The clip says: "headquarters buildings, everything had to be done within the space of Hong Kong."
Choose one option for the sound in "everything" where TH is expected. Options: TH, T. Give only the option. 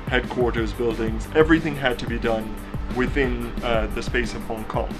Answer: TH